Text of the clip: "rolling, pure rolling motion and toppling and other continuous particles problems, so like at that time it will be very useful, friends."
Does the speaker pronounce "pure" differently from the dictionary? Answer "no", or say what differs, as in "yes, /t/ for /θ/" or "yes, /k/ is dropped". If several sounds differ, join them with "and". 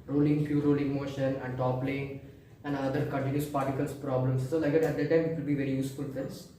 yes, /f/ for /p/